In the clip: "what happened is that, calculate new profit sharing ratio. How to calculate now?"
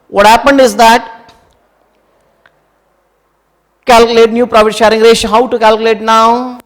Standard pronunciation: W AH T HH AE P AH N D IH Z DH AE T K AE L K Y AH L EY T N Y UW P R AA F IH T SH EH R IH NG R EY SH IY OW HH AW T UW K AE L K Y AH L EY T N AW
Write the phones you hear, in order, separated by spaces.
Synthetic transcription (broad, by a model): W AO T HH AE P AH N D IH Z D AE T K AE L K Y AH L EY T N Y UW P R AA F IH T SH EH R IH NG R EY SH HH AW T UW K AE L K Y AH L EY T N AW